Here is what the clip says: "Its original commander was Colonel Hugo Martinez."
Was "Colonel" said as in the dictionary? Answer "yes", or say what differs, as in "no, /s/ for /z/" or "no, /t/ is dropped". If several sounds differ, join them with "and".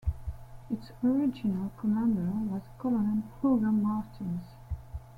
no, /l/ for /n/